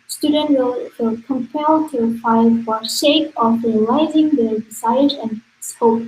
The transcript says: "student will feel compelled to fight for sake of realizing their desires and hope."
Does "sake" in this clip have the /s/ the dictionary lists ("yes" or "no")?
no